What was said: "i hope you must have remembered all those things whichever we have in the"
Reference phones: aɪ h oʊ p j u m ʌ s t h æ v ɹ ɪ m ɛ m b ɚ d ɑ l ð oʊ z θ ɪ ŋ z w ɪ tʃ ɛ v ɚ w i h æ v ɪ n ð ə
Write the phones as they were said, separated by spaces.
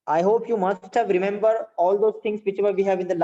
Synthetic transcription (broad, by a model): aɪ h oʊ p j u m ʌ s t h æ v ɹ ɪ m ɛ m b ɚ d ɑ l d oʊ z t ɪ ŋ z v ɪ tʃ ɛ v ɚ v i h æ v ɪ n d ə